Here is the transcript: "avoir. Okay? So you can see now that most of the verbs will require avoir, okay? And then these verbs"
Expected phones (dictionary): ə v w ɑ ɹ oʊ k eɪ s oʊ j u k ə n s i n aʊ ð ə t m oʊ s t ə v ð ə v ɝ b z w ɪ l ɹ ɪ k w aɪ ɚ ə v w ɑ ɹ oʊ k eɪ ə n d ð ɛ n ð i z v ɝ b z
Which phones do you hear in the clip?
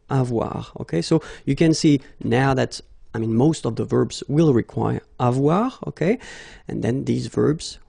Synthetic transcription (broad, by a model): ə v w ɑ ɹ oʊ k eɪ s oʊ j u k ə n s i n aʊ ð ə t m oʊ s t ə v ð ə v ɝ b z w ɪ l ɹ ɪ k w aɪ ɚ ə v w ɑ ɹ oʊ k eɪ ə n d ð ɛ n ð i z v ɝ b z